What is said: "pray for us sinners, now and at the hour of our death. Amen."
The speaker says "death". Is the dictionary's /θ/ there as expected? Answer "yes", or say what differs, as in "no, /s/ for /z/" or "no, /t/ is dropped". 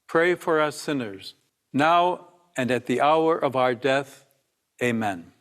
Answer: yes